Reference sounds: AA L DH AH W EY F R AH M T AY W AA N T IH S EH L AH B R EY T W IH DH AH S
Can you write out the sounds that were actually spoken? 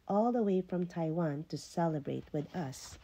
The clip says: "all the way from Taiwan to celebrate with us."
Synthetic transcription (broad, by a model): AA L DH AH W EY F R AH M T AY W AA N T IH S EH L AH B R EY T W IH DH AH S